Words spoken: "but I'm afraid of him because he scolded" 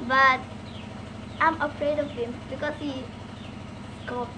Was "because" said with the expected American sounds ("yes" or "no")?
no